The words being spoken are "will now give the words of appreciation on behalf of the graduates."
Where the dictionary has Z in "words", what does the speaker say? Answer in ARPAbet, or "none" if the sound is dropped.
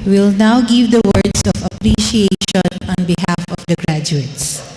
S